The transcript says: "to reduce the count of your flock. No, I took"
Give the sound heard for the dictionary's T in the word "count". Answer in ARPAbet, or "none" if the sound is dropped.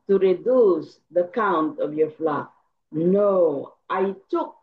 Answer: T